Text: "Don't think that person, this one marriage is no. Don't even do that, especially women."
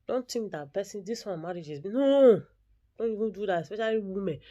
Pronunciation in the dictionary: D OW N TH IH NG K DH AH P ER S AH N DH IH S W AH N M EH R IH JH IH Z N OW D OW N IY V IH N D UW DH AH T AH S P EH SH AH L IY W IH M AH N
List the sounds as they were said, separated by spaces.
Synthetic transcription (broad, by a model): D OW N T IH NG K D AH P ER S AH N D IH S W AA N M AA R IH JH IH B N OW D OW N IY V IH N D UW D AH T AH S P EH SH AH L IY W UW M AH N